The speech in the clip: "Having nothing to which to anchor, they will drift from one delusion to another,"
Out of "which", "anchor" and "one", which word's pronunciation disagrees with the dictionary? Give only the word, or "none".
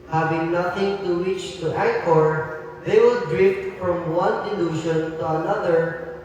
anchor